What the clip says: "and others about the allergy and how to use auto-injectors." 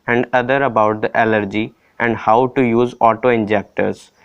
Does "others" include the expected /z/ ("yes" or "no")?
no